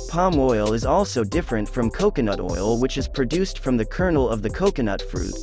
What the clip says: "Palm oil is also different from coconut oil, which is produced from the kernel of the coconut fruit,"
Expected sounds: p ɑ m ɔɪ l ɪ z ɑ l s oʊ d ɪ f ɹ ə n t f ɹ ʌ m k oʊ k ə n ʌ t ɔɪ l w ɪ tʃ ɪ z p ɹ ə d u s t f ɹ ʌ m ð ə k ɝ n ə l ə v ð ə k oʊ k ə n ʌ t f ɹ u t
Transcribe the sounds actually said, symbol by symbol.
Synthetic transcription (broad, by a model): p ɑ m ɔɪ l ɪ z ɑ l s oʊ d ɪ f ɹ ə n t f ɹ ʌ m k oʊ k ə n ʌ t ɔɪ l w ɪ tʃ ɪ z p ɹ ə d u s t f ɹ ʌ m ð ə k ɝ n l ə v ð ə k oʊ k ə n ʌ t f ɹ u t